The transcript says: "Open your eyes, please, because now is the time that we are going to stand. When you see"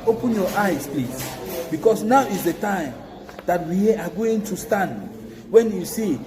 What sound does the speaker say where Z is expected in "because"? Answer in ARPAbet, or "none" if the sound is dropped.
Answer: S